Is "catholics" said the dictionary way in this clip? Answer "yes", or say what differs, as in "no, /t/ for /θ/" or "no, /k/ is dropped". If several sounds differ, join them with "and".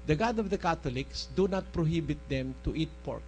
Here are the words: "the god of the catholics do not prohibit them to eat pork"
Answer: no, /t/ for /θ/